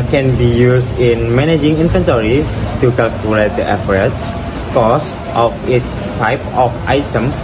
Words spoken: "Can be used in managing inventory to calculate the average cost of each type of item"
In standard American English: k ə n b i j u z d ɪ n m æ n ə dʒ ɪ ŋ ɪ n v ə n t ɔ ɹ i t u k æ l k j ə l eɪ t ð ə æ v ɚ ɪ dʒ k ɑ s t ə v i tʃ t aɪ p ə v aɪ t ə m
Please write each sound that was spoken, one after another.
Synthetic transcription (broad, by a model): k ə n b i j u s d ɪ n m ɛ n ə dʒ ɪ ŋ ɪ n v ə n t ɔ ɹ i t u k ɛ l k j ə l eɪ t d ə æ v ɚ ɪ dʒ k ɑ s t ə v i s t aɪ p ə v aɪ t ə m